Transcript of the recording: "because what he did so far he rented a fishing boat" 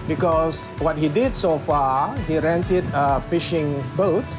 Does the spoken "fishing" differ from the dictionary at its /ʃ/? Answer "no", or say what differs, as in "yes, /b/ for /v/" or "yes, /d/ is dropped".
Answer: no